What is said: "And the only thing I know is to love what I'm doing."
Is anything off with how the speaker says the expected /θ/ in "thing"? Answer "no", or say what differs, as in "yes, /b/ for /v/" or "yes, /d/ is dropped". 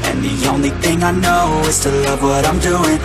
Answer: no